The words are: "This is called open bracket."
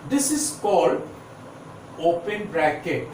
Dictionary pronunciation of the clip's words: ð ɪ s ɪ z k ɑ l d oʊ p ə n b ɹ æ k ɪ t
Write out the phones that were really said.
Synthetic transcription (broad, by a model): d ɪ s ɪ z k ɑ l d oʊ p ə n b ɹ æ k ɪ t